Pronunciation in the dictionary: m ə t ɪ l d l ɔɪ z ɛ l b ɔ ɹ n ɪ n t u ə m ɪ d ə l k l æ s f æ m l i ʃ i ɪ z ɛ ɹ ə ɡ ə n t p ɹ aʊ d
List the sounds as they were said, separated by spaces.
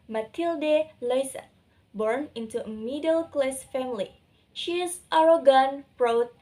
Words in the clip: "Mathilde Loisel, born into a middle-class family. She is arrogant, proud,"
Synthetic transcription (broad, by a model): m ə t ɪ l d l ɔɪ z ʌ b ɔ ɹ n ɪ n t u ə m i d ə l k l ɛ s f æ m l i ʃ i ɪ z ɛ ɹ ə ɡ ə n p ɹ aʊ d